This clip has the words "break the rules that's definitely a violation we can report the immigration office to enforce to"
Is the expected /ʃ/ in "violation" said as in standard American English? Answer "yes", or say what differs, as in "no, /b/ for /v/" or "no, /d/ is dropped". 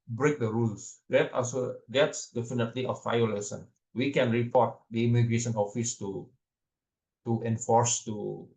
no, /s/ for /ʃ/